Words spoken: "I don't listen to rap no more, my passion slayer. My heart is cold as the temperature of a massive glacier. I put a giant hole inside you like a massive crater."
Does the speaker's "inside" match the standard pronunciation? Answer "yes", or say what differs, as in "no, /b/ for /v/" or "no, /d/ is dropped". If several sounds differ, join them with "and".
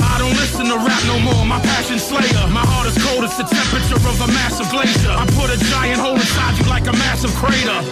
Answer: no, /n/ is dropped